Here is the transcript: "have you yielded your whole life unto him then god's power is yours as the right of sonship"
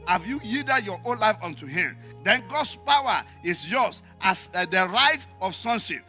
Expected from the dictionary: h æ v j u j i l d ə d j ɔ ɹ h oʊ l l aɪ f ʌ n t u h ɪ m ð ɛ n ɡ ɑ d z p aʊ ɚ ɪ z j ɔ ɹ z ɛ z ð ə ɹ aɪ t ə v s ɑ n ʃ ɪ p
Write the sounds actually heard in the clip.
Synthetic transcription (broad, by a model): h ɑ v j u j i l d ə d j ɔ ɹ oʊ n l aɪ f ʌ n t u h ɪ m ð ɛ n ɡ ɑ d s p aʊ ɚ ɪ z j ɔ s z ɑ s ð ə ɹ aɪ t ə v s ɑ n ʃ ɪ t